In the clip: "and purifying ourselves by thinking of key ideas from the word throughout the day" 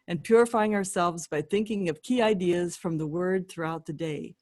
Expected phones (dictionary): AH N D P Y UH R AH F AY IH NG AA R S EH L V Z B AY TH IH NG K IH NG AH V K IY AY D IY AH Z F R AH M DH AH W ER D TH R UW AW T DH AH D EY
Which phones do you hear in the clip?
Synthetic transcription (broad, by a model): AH N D P Y UH R AH F AY IH NG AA R S EH L V Z B AY TH IH NG K IH NG AH V K IY AY D IY AH Z F R AH M DH AH W ER D TH R UW AW T DH AH D EY